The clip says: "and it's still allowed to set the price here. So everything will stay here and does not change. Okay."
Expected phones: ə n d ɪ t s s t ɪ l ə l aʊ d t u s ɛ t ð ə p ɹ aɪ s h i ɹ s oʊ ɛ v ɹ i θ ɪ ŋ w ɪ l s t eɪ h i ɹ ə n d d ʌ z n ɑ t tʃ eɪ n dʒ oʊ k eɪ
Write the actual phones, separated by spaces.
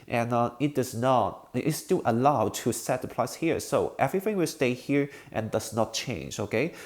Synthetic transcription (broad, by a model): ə n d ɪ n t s t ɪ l ə l aʊ d t u s ɛ t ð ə p l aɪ s h i ɹ s oʊ ɛ v ɹ i θ ɪ ŋ w ɪ l s t eɪ h i ɹ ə n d d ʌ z n ɑ t tʃ eɪ n dʒ oʊ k eɪ